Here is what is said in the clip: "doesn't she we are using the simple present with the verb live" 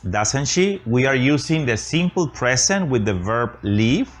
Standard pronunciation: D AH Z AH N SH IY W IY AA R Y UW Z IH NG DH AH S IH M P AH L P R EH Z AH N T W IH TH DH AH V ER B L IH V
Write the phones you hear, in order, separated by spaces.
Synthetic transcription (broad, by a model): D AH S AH N SH IY W IY AA R Y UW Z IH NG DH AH S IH M P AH L P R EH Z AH N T W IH DH AH V ER B L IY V